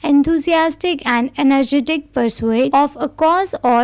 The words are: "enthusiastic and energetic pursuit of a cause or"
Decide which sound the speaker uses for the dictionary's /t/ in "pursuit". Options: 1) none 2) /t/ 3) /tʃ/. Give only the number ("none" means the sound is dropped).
1